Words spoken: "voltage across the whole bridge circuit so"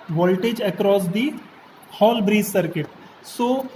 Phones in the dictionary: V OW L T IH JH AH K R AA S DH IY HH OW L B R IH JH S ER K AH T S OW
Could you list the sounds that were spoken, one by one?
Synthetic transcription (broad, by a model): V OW L T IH JH AH K R AA S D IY HH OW L B R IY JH S ER K AH T S OW